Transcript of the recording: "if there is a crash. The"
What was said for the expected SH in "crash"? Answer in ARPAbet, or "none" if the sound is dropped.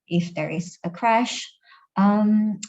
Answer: SH